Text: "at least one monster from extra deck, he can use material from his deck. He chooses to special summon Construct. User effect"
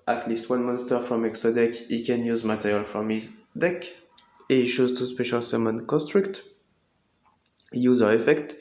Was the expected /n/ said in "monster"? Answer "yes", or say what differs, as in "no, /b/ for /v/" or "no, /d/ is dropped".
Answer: yes